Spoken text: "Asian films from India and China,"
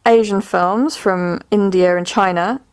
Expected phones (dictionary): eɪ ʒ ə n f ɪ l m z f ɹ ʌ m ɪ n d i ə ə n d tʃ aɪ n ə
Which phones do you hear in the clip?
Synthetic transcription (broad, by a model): eɪ ʒ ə n f ɪ l m z f ɹ ʌ m ɪ n d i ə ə n tʃ aɪ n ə